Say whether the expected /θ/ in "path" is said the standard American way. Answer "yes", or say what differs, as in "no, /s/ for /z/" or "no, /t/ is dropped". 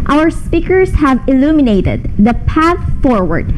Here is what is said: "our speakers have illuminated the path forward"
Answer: yes